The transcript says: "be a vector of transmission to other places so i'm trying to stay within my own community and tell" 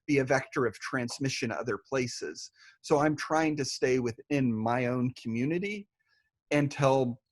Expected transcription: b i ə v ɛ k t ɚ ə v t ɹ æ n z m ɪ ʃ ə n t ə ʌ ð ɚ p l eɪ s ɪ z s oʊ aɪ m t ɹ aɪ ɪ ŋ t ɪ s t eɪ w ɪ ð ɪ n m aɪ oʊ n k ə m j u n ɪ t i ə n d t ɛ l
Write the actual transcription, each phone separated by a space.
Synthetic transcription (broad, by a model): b i ə v ɛ k t ɚ ə v t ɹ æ n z m ɪ ʃ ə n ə ʌ ð ɚ p l eɪ s ɪ z s oʊ aɪ m t ɹ aɪ ɪ ŋ t ɪ s t eɪ w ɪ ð ɪ n m aɪ oʊ n k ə m j u n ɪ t i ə n t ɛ l